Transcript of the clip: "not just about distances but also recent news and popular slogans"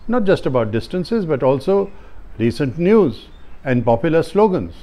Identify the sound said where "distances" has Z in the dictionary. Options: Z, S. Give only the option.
Z